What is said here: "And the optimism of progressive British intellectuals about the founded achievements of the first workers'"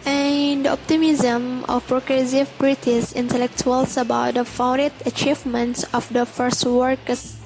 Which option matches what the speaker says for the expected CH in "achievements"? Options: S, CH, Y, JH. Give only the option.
CH